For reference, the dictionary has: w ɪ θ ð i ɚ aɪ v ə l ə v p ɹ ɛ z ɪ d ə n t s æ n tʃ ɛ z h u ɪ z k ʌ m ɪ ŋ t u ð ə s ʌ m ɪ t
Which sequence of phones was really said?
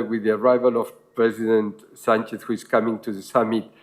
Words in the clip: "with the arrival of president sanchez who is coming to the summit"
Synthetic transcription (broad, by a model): w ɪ ð i ɚ aɪ v ə l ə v p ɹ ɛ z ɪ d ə n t s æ n tʃ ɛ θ h u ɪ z k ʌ m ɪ ŋ t u ð ə s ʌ m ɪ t